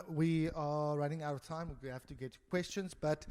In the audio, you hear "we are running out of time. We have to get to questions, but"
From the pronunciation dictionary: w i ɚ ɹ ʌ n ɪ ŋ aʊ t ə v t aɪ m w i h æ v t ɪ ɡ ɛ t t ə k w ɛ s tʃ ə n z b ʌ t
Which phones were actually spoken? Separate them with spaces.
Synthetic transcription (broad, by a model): w i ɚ ɹ ʌ n ɪ ŋ aʊ t ə v t aɪ m w i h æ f t ɪ ɡ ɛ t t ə k w ɛ s tʃ ə n z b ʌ t